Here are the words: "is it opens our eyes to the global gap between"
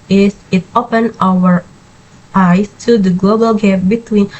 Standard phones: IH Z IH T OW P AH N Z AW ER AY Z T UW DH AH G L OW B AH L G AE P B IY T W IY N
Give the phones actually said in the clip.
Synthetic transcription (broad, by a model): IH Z IH T OW P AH N AW ER AY S T UW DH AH G L OW B AH L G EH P B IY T W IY N